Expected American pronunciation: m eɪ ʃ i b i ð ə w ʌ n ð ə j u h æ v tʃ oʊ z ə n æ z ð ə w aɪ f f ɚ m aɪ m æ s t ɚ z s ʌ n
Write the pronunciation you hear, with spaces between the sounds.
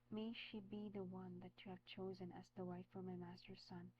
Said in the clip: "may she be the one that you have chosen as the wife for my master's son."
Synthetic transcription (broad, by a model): m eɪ ʃ i b i ð ə w ʌ n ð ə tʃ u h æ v tʃ oʊ z ə n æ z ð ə w aɪ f f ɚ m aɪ m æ s t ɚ s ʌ n